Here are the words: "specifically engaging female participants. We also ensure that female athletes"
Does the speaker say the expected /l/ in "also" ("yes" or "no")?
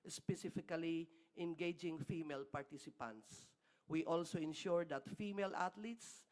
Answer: yes